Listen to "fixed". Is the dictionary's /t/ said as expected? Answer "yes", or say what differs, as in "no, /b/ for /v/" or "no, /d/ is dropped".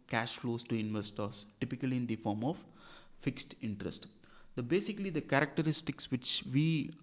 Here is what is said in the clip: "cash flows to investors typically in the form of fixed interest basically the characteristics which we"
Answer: yes